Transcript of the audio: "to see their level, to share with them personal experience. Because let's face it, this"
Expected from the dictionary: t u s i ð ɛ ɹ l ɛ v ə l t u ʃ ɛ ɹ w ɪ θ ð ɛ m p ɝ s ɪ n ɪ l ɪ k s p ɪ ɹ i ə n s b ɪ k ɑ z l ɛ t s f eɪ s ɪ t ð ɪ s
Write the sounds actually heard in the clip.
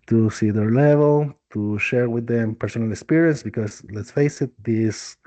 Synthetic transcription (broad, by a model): t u s i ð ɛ ɹ l ɛ v ə l t u ʃ ɛ ɹ w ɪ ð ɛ m p ɝ s ɪ n ɪ l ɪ k s p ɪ ɹ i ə n s b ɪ k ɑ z l ɛ t s f eɪ s ɪ t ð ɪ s